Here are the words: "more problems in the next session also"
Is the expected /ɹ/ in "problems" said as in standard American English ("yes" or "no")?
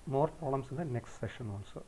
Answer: no